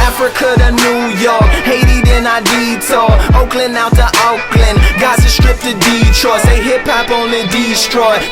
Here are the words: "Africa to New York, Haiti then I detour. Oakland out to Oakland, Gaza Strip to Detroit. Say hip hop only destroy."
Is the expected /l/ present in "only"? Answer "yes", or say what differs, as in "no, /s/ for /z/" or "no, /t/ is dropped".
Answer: no, /l/ is dropped